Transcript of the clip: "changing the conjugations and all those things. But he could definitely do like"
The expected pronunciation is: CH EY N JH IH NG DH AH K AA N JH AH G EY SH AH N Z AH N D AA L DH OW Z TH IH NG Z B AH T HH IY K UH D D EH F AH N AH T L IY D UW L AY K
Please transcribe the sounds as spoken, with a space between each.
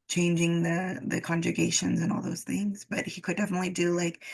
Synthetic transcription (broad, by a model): CH EY N JH IH NG DH AH K AA N JH AH G EY SH AH N Z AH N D AA L DH OW Z TH IH NG Z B AH T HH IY K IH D D EH F AH N AH T L IY D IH L AY K